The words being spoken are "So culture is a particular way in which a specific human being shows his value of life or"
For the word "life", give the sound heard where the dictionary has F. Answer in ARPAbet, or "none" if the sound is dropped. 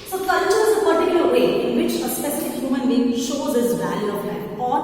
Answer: none